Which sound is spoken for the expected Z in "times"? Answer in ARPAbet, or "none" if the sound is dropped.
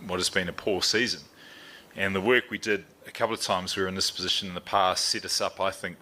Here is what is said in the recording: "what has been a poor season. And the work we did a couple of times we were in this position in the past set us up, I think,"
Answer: Z